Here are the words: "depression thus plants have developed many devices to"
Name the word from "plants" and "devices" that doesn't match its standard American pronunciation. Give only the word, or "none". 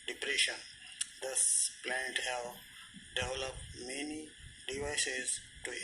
plants